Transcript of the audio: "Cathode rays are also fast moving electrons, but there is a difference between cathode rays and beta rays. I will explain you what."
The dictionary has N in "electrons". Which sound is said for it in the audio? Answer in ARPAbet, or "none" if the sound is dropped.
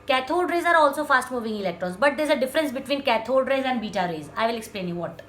none